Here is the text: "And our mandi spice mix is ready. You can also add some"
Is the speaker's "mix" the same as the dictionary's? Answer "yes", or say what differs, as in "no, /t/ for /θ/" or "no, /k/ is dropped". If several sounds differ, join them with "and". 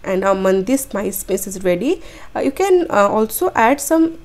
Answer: no, /k/ is dropped